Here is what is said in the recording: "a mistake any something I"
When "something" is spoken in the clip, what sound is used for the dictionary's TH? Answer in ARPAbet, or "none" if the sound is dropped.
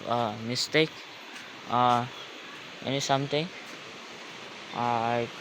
T